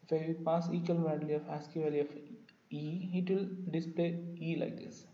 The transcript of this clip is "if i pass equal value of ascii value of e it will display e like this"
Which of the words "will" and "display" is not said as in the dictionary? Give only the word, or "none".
none